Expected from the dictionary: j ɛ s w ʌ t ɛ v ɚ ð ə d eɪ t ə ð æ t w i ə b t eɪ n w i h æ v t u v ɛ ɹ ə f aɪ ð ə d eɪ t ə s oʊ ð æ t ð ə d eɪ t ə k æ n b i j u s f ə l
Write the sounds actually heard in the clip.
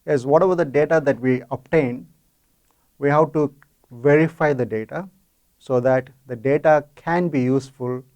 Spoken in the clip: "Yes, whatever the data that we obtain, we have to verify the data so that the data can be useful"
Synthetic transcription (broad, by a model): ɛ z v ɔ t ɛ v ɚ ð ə d eɪ t ə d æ t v i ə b t eɪ n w i h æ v t u v ɛ ɹ ə f aɪ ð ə d eɪ t ə s oʊ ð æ t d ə d eɪ t ə k æ n b i j u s f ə l